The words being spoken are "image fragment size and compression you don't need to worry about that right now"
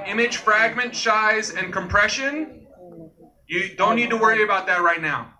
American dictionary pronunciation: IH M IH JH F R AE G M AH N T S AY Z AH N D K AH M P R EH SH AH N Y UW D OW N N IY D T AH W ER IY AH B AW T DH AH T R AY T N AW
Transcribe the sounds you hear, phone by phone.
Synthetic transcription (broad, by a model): IH M IH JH F R AE G M AH N T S AY Z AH N K AH M P R EH SH AH N Y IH D OW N N IY D T AH W ER IY AH B AW T DH AH T R AY T N AW